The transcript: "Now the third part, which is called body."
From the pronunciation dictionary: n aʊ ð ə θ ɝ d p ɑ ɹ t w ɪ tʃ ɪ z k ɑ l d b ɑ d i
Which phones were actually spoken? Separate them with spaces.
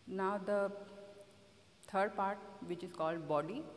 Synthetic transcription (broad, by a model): n aʊ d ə t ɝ d p ɑ ɹ t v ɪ tʃ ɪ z k ɑ l d b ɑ d i